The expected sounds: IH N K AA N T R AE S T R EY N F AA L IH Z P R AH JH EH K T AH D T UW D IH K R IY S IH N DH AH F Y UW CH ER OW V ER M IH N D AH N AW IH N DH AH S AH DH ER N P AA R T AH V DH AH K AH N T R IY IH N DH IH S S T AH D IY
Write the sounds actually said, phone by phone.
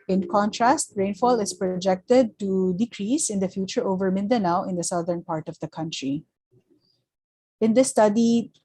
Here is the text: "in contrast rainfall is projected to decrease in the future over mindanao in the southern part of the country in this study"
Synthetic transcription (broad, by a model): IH N K AA N T R AE S T R EY N F AA L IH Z P R AH JH EH K T AH D T UW D IH K R IY S IH N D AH F Y UW CH ER OW V ER M IH N D AH N AW IH N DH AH S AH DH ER N P AA R T AH V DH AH K AH N T R IY IH N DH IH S S T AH D IY